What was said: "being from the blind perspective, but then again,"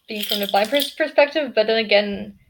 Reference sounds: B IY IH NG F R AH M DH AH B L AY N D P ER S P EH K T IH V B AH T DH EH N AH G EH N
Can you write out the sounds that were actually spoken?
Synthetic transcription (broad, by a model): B IY IH NG F R AH M DH AH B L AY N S P ER S P EH K T IH V B AH T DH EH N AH G EH N